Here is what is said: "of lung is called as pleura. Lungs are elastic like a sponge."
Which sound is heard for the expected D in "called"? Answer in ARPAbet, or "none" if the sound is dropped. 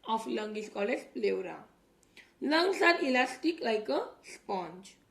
none